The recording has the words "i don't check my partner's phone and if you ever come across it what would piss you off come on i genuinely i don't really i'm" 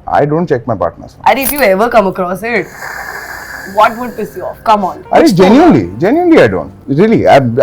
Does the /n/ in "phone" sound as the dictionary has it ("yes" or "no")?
no